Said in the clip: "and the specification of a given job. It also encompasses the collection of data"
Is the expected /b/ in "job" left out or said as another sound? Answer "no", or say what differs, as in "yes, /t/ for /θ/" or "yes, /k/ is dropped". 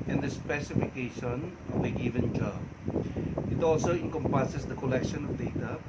yes, /b/ is dropped